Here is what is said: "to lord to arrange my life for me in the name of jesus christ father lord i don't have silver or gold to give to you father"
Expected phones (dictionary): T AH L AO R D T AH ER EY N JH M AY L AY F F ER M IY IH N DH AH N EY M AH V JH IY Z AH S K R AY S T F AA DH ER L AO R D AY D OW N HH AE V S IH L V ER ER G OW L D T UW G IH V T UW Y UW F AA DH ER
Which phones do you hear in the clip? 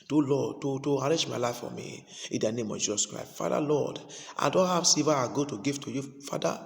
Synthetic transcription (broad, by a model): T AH L AO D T T AH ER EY JH M AY L AY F F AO M IY IH N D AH N EY M AH V JH IY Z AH S K R AY S T F AA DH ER L AO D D AY D OW N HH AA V S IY V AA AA G OW T UW G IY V T UW Y UW F AA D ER